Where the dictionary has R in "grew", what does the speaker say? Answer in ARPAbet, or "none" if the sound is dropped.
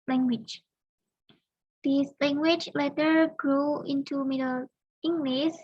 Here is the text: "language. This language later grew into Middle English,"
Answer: R